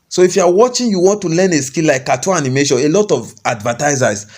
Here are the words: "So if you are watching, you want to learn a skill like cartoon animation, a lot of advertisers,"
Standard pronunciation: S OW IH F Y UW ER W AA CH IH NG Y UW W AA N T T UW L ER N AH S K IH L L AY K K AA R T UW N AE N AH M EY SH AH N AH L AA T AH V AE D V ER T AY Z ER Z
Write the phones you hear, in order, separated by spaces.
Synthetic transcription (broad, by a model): S OW IH F Y UW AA W AA CH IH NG Y UW W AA N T T UW L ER N AH S K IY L L AY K K AA T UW AA N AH M EY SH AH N AH L AA T AH V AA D V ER T AY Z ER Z